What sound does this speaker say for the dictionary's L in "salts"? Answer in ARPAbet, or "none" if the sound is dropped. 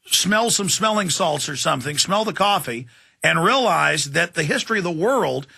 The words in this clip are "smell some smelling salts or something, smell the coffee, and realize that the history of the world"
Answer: L